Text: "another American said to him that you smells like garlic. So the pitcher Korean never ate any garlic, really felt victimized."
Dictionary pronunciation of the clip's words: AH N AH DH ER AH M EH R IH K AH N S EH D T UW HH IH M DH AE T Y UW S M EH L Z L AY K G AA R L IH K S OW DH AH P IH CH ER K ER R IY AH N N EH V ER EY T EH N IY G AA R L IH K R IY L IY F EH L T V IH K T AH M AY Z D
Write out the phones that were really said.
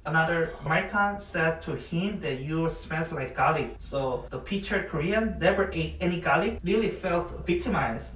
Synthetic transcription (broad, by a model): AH N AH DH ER AH M EH R IH K AH N S EH D T UW HH IH M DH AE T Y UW S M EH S L AY K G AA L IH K S OW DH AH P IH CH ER K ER R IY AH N N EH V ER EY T EH N IY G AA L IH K R IY L IY F EH L T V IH K T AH M AY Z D